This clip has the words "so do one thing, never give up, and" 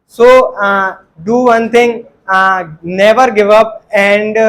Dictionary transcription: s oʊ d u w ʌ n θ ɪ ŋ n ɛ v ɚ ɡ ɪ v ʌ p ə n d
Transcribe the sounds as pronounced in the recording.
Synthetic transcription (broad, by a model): s oʊ d u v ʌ n t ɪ ŋ n ɛ v ɚ ɡ ɪ v ʌ p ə n d